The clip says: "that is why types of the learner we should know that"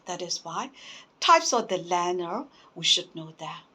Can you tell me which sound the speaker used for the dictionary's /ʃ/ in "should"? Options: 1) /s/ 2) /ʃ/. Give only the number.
2